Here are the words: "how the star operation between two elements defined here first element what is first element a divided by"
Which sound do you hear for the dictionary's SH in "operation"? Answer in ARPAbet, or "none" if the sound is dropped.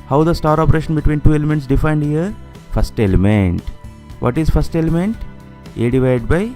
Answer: SH